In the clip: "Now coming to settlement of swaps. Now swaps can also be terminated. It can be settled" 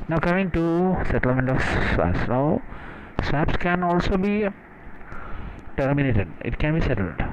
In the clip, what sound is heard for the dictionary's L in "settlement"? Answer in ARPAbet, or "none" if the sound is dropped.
L